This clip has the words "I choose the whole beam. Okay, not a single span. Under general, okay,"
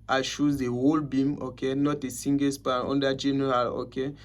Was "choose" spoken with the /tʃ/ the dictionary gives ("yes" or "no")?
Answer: no